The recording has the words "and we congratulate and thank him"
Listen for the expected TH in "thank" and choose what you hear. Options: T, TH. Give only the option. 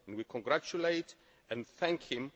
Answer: TH